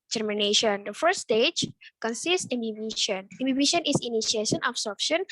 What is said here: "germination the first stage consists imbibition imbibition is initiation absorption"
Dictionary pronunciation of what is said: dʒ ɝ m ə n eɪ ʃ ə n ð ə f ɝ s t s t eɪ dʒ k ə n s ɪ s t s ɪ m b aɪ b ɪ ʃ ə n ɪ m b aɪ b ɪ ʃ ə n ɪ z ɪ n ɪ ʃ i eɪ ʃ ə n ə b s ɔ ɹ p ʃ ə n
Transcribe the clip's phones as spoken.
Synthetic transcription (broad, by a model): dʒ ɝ m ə n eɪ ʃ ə n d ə f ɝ t s t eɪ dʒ k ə n s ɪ s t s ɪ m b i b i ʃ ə n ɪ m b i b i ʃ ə n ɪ s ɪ n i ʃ i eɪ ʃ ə n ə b s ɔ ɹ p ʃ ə n